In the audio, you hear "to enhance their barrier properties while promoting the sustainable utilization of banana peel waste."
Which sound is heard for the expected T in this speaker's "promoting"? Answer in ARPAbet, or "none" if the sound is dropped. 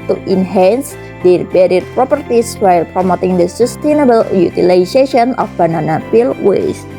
T